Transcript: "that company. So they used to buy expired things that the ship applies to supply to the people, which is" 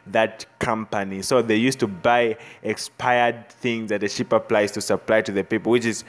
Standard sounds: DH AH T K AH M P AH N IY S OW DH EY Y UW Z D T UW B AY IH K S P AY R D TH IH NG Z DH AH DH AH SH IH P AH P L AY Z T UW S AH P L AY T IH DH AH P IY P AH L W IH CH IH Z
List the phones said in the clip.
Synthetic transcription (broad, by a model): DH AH T K AH M P AH N IY S OW DH EY Y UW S T UW B AY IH K S P AY R D TH IH NG Z DH AH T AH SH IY P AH P L AY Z T UW S AH P L AY T IH DH AH P IY P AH L W IH CH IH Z